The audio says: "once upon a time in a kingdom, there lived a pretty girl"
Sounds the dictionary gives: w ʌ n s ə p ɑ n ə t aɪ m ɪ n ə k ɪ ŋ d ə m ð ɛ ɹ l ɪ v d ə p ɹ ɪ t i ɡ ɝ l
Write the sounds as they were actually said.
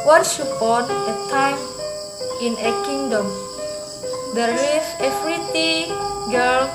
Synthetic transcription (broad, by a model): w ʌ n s ə p ɑ n ə t aɪ m ɪ n ə k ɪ ŋ d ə m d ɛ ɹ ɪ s ə f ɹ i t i ɡ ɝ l